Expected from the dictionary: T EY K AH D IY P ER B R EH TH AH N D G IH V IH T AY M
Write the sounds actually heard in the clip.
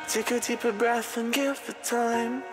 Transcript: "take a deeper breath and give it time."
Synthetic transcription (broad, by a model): T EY K AH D IY P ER B R EH TH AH N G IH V IH T AY M